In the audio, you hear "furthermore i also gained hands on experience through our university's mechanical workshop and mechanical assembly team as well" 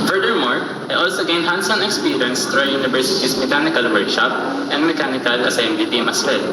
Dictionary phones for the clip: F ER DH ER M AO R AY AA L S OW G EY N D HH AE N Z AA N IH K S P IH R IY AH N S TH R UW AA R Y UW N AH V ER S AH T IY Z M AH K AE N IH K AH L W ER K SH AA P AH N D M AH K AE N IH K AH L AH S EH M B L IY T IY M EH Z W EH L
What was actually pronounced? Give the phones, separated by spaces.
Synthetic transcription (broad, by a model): F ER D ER M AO R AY AA L S OW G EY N HH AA N S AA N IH K S P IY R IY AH N S T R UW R Y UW N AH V ER S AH T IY S M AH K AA N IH K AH L W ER K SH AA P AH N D M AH K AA N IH K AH L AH S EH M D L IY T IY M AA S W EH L